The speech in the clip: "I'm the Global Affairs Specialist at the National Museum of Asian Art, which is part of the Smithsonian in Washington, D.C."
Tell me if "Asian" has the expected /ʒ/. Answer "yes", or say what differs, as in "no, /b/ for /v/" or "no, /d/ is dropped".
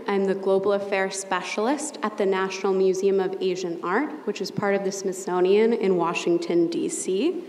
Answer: yes